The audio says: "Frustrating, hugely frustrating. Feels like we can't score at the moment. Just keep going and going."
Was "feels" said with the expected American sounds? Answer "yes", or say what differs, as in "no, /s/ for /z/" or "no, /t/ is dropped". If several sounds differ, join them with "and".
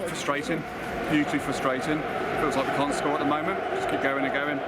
no, /w/ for /l/